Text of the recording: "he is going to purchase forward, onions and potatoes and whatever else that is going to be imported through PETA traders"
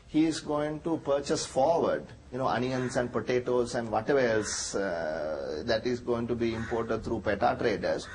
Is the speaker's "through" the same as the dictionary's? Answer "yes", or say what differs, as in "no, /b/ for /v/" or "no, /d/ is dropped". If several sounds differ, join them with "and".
no, /t/ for /θ/